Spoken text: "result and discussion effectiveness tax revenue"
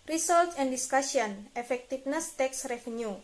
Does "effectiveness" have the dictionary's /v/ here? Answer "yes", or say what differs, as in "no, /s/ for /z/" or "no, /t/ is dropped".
no, /f/ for /v/